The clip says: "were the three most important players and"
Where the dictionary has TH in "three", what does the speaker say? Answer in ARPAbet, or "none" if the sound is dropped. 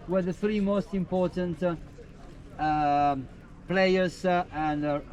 TH